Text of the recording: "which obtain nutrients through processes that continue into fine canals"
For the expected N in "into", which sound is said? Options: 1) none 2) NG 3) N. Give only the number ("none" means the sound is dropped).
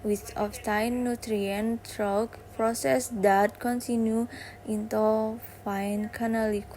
3